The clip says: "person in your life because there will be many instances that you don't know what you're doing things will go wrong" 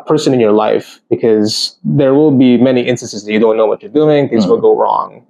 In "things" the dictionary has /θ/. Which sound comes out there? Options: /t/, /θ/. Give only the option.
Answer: /θ/